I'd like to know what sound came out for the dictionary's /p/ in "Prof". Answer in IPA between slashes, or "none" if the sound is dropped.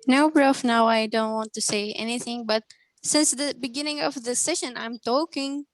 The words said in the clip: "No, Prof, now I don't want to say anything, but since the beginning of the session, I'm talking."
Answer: /b/